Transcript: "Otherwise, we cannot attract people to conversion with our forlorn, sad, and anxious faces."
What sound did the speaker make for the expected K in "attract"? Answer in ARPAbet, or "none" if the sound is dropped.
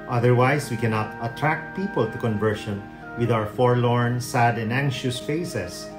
K